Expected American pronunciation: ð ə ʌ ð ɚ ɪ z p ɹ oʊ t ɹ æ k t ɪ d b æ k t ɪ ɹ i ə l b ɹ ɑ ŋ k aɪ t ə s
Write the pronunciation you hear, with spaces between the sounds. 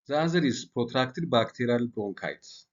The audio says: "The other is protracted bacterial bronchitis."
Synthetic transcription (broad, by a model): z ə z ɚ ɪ s p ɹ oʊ t ɹ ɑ k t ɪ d b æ k t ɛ ɹ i l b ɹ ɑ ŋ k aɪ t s